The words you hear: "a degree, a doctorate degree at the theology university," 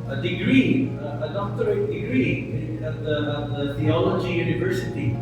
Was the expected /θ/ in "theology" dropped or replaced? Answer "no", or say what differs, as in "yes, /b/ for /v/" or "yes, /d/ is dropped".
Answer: yes, /t/ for /θ/